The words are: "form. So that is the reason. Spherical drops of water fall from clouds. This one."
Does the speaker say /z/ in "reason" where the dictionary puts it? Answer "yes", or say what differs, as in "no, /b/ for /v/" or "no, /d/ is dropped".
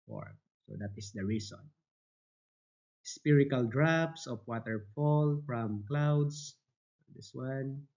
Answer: no, /s/ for /z/